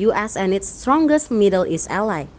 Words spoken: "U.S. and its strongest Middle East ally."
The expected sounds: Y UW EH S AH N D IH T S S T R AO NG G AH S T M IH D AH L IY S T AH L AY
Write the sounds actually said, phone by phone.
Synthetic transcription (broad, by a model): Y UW EH S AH N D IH T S S T R AO NG G AH S T M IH D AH L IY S AH L AY